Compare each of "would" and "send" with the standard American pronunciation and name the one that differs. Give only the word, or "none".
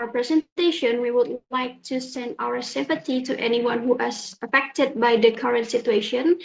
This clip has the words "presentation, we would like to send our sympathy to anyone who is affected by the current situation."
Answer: none